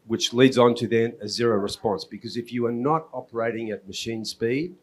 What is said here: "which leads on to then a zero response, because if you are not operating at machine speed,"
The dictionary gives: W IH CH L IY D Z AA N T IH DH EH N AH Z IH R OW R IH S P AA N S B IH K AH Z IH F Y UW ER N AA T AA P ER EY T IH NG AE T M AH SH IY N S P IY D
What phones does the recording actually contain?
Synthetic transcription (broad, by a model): W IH CH L IY D Z N T IH DH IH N AH Z IH R OW R IH S P AA N S B IH K AH Z IH F Y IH ER N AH T AA P ER EY T IH NG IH T M AH SH IY N S P IY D